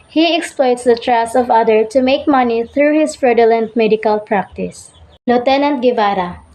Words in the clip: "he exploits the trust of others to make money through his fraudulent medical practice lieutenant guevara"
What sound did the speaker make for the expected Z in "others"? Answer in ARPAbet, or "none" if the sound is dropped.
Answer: none